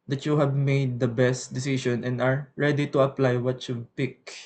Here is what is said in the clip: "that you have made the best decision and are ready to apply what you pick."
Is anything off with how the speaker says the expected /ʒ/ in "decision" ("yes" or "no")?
yes